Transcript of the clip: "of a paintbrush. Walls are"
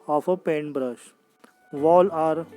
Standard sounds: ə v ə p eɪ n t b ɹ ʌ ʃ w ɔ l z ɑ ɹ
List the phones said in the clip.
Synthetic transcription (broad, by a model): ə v ə p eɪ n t b ɹ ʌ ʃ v ɔ l ɑ ɹ